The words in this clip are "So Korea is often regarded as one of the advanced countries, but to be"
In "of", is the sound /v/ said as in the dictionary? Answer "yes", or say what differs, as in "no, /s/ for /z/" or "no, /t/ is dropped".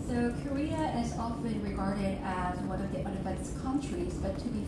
yes